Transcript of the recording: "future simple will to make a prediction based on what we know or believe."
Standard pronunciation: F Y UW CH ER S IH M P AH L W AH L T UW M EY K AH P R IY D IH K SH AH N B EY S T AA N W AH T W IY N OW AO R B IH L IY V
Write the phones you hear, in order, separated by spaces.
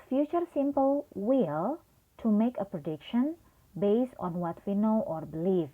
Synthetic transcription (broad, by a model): F Y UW CH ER S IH M P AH L W AH L T UW M EY K AH P R IY D IH K SH AH N B EY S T AA N W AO T W IY N OW AO R B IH L IY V